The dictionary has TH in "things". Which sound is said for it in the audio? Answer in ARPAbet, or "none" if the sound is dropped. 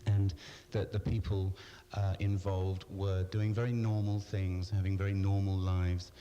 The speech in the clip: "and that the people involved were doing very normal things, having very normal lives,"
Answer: TH